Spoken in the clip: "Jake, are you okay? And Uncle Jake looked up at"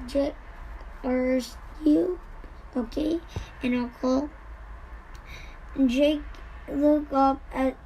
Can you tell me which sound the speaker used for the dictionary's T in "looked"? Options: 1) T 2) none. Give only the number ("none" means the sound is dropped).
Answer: 2